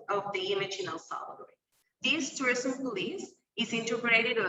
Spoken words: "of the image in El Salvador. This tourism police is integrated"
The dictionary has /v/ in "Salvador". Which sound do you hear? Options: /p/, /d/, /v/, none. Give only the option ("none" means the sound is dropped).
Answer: none